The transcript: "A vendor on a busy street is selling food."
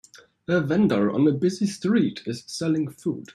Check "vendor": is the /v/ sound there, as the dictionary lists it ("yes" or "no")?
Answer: yes